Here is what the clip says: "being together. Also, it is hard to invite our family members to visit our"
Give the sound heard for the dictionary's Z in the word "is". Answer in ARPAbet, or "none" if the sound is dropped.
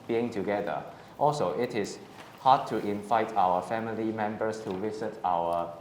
S